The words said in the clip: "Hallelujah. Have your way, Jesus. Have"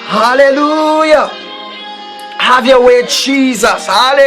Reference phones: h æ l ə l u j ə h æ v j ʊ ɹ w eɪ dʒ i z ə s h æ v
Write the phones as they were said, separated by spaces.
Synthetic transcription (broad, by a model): h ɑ l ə l u j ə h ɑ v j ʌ w eɪ dʒ i z ə s h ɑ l